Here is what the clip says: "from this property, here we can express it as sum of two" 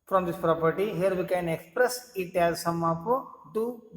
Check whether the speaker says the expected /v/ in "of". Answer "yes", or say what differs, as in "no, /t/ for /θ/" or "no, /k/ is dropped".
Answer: no, /p/ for /v/